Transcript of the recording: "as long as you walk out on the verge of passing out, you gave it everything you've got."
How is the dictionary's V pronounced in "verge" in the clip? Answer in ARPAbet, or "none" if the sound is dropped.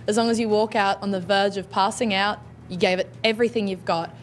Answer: V